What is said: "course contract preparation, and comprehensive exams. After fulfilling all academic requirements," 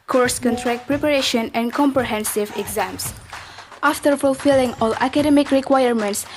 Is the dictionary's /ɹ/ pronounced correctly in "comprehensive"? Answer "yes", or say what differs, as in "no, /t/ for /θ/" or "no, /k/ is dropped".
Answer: yes